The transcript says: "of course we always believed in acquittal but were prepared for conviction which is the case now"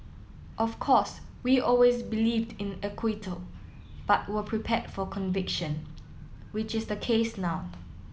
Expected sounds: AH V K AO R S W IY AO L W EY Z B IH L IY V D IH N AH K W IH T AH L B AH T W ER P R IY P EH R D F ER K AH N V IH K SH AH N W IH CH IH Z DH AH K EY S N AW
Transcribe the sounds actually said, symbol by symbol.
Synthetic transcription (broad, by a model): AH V K AO S W IY AO L W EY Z B IH L IY V D IH N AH K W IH T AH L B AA T W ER P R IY P EH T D F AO K AH N V IH K SH AH N W IH CH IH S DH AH K EY S N AW